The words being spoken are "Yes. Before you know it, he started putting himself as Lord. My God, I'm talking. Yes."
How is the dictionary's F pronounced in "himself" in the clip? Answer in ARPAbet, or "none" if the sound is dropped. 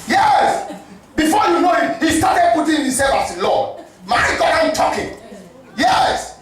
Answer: none